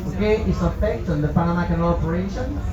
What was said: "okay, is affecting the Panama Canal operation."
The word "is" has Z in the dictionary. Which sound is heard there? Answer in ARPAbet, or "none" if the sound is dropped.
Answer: S